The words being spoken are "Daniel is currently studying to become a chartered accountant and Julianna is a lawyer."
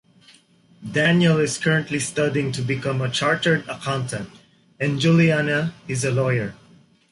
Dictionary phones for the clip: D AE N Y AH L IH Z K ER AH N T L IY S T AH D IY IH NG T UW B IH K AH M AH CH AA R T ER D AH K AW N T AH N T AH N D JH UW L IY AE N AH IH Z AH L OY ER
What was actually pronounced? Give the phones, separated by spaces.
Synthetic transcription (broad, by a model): D AE N Y AH L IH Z K ER AH N T L IY S T AH D IY IH NG T UW B IH K AH M AH CH AA R T ER D AH K AW N T AH N T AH N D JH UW L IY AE N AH IH Z AH L OY ER